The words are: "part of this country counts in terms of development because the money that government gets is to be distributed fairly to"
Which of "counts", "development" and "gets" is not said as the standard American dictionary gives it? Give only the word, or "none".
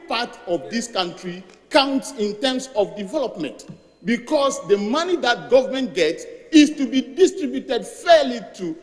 none